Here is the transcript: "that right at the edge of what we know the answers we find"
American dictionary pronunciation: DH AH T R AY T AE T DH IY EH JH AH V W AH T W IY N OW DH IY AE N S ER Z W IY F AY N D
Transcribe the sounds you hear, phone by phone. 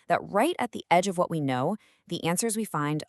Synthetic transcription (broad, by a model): DH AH T R AY T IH T DH IY EH JH AH V W AH T W IY N OW DH IY AE N S ER Z W IY F AY N D